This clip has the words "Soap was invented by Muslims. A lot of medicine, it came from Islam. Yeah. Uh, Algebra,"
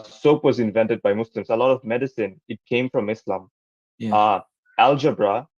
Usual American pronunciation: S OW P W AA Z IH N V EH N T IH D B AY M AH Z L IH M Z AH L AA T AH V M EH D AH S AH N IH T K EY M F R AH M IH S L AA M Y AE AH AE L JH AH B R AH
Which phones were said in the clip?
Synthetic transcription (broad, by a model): S OW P W AA Z IH N V EH N T IH D B AY M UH S L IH M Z AH L AA T AH V M EH D AH S AH N IH T K EY M F R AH M IH S L AA M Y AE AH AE L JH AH B R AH